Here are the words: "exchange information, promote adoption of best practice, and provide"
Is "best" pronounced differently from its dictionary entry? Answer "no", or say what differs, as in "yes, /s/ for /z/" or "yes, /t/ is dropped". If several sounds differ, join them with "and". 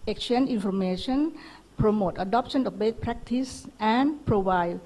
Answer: yes, /s/ is dropped